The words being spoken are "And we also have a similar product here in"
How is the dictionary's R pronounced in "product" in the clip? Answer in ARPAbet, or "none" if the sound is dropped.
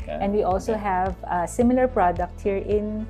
R